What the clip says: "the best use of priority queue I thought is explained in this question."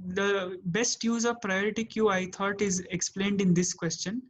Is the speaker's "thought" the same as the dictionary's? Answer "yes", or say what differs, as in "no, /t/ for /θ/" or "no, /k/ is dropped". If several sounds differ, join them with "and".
no, /t/ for /θ/